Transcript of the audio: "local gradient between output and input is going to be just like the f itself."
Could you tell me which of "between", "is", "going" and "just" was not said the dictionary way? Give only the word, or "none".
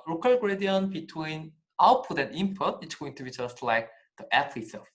is